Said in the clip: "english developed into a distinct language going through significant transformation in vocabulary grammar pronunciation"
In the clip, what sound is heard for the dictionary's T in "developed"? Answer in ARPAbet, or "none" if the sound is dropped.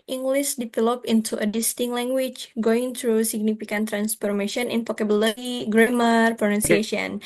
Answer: none